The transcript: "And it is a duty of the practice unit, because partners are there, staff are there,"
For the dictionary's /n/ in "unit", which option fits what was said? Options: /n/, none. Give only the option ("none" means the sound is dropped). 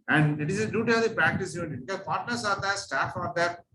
none